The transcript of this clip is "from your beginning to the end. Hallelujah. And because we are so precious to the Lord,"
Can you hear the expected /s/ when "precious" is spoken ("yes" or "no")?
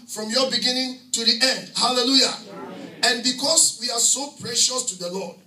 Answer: yes